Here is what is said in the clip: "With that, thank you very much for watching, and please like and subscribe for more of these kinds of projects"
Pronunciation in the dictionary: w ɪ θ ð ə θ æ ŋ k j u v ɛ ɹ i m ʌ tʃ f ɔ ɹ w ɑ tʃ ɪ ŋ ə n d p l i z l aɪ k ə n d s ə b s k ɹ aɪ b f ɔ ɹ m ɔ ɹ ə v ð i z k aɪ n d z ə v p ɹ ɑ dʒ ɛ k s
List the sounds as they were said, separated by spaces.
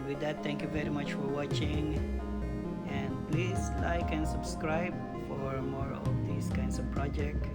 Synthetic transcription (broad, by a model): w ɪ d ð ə t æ ŋ k j u v ɛ ɹ i m ʌ tʃ f ɔ ɹ w ɑ tʃ ɪ ŋ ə n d p l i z l aɪ k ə n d s ə b s k ɹ aɪ b f ɔ ɹ m ɔ ɹ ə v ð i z k aɪ n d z ə v p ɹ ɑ dʒ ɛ k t